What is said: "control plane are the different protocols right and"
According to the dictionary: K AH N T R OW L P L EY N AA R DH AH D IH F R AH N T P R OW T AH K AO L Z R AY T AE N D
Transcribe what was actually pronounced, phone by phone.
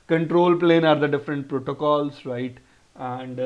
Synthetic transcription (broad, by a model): K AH N T R OW L P L EY N AA R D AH D IH F R AH N T P R OW T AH K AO L S R AY T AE N D